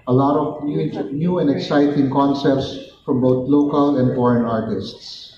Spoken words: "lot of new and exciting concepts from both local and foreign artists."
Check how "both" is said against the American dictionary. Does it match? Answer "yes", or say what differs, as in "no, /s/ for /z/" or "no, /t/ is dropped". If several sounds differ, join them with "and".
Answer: no, /t/ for /θ/